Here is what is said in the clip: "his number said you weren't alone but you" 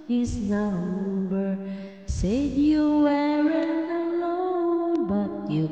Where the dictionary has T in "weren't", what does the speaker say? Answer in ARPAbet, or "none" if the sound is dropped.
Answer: none